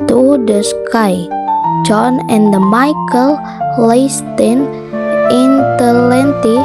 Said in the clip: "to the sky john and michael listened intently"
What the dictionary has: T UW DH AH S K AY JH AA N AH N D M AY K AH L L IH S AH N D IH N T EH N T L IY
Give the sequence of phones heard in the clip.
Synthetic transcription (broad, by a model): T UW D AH S K AY JH AA N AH N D M AY K AH L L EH S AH N IH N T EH N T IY